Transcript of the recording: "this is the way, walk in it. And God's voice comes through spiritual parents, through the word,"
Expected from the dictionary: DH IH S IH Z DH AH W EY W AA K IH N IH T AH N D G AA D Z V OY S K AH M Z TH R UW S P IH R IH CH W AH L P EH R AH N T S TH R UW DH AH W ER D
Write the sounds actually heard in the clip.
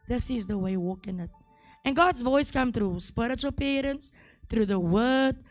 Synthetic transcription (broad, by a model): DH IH S IH Z DH AH W EY W AA K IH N IH T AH N G AA D Z V OY S K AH M TH R UW S P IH R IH CH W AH L P EH R AH N T S TH R UW DH AH W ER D